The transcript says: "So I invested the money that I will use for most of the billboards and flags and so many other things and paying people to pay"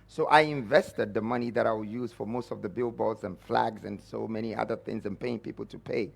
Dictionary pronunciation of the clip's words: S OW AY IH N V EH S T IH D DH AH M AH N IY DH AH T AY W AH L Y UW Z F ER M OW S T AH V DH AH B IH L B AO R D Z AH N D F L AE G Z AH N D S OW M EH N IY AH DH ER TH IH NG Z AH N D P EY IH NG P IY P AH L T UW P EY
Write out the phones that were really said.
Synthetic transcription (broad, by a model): S OW AY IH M V EH S T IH D DH AH M AH N IY DH AH T AY W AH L Y UW Z F ER M OW S T AH V DH AH B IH L B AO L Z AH N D F L AE G Z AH N S OW M EH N IY AH DH ER TH IH NG Z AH N P EY IH NG P IY P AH L T UW P EY